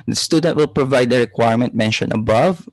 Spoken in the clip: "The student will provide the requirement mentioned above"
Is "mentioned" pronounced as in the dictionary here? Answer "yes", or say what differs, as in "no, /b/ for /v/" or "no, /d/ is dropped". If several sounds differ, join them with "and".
no, /d/ is dropped